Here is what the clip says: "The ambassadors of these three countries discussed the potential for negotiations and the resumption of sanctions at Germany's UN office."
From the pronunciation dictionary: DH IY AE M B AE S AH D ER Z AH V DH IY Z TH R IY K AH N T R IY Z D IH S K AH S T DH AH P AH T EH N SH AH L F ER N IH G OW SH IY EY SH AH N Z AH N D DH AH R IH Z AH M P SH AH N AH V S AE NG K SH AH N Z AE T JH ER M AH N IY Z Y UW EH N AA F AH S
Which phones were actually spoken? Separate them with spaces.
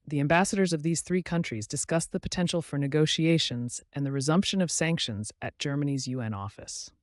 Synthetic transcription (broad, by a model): DH IY AE M B AE S AH D ER Z AH V DH IY Z TH R IY K AH N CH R IY Z D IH S K AH S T DH AH P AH T EH N SH L F ER N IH G OW SH IY EY SH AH N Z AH N DH AH R IH Z AH M P SH AH N AH V S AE NG K SH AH N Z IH T JH ER M AH N IY Z Y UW EH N AA F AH S